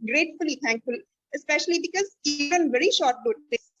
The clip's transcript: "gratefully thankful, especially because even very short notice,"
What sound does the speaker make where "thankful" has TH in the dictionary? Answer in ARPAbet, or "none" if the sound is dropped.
T